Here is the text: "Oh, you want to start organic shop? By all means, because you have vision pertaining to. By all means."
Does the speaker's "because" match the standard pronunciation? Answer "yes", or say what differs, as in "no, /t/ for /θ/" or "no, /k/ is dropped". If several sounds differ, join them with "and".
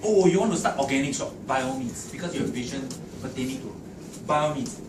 no, /s/ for /z/